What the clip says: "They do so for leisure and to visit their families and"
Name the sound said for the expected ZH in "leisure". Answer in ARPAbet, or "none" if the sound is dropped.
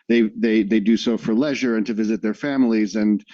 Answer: ZH